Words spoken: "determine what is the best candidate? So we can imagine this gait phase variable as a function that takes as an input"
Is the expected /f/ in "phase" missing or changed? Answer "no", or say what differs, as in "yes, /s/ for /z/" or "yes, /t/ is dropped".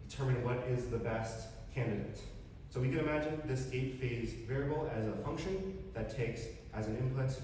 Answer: no